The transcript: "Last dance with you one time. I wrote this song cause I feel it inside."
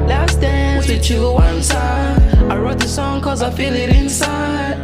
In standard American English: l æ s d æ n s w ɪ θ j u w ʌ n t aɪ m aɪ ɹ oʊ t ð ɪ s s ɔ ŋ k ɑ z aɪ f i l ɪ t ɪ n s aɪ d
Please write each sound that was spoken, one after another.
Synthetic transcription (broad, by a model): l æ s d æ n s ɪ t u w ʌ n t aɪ aɪ ɹ oʊ t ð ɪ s s ɔ ŋ k ɑ z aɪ f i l ɪ t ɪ n s aɪ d